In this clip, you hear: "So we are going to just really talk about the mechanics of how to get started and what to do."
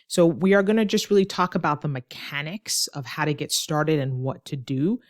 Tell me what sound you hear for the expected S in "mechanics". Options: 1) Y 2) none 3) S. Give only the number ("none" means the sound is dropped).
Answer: 3